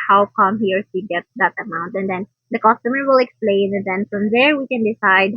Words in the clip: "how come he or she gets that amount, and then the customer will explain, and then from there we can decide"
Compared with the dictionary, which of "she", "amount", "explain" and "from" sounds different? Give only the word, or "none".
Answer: she